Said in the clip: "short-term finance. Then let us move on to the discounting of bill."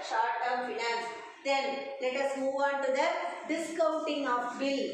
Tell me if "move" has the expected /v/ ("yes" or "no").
yes